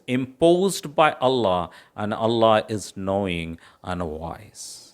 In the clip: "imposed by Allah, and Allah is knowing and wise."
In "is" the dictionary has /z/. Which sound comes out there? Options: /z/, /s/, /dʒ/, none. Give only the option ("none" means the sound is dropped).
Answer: /z/